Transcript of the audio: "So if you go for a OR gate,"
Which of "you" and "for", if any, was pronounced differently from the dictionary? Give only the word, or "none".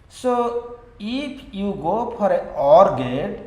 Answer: for